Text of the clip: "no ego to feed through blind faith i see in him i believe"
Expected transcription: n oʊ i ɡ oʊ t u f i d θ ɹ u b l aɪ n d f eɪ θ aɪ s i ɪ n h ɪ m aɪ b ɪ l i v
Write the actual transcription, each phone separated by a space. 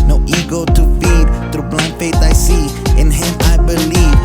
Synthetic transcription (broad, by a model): n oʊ i ɡ oʊ t u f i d t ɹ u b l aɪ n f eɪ t aɪ s i ɪ n h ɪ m aɪ b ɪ l i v